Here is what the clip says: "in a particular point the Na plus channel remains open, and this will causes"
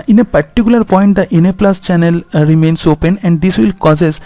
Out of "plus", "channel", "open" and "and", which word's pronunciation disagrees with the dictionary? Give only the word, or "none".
none